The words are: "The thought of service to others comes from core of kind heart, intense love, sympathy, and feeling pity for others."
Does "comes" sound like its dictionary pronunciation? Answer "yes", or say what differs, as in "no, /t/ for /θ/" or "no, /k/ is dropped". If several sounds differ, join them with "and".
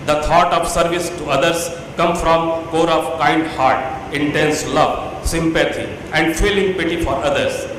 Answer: no, /z/ is dropped